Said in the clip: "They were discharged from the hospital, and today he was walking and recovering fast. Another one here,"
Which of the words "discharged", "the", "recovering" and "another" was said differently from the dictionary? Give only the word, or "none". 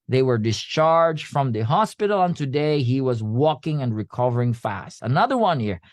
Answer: none